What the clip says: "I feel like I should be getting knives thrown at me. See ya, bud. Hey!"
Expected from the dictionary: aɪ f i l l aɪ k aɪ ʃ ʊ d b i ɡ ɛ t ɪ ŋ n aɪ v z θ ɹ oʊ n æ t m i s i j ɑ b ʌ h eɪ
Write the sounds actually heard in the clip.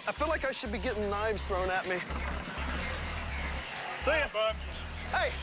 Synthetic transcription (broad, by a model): aɪ f i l l aɪ k aɪ ʃ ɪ d b i ɡ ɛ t ɪ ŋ n aɪ v z θ ɹ oʊ n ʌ t m i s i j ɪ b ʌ h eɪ